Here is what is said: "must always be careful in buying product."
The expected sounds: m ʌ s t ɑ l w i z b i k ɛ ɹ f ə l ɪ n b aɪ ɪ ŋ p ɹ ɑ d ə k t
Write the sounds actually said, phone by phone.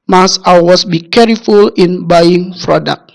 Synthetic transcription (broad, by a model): m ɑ s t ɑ w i s b i k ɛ ɹ f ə l ɪ n b aɪ ɪ ŋ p ɹ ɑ d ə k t